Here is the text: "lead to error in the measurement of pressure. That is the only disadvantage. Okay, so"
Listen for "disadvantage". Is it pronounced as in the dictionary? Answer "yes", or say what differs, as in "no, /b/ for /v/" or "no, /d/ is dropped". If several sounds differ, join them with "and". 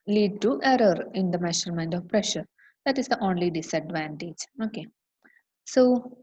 yes